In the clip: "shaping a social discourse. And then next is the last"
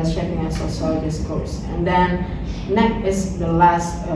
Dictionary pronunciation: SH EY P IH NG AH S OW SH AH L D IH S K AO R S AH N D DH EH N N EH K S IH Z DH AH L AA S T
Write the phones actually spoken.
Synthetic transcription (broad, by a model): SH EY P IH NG AH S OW S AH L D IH S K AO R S AH N D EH N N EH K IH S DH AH L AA S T